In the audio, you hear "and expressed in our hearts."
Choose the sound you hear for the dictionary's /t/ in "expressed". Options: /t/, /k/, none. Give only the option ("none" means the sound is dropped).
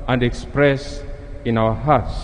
none